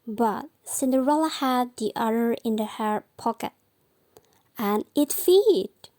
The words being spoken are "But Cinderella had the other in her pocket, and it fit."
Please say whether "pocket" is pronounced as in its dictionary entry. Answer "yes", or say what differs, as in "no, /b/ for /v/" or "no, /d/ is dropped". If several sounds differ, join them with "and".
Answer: yes